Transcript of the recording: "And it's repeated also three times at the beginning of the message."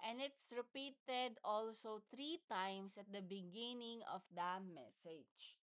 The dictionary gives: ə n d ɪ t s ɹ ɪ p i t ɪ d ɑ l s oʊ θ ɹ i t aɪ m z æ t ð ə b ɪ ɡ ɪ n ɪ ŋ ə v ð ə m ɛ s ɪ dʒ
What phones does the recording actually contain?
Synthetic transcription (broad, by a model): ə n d ɪ t s ɹ ɪ p i t ɪ d ɑ l s oʊ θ ɹ i t aɪ m s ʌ t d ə b ɪ ɡ ɪ n ɪ ŋ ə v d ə m ɛ s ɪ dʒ